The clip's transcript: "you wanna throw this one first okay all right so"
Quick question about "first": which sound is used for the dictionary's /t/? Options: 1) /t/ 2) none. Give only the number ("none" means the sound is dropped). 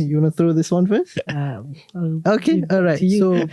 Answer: 2